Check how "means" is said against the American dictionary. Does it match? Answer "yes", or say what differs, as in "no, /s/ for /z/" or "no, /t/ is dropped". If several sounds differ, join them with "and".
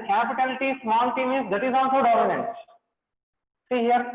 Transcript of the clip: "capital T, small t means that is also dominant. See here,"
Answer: no, /n/ is dropped